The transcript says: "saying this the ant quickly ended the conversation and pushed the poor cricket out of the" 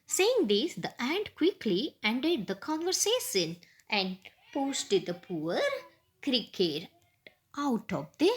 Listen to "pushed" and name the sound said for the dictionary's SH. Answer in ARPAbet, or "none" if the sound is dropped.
S